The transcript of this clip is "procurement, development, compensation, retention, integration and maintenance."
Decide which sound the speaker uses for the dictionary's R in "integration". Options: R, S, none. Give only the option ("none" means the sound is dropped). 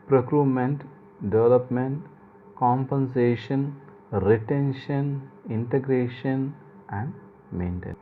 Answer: R